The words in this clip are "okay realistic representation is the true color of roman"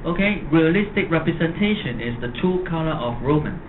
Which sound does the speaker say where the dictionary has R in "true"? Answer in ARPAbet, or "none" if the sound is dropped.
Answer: none